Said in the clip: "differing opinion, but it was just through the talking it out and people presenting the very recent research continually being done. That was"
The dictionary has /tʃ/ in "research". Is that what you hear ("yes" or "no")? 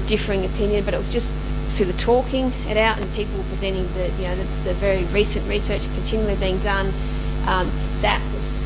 yes